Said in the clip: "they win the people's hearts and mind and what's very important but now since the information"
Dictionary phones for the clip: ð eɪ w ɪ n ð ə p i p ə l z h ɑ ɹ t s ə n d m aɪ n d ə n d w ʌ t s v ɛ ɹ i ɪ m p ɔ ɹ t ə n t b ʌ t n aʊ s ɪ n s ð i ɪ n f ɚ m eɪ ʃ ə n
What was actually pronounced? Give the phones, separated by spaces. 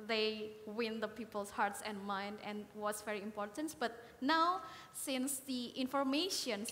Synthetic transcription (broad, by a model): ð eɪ w ɪ n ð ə p i p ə l s h ɑ ɹ t s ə n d m aɪ n d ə n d w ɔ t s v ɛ ɹ i ɪ m p ɔ ɹ t ə n t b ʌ t n aʊ s ɪ n s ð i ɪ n f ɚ m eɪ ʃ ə n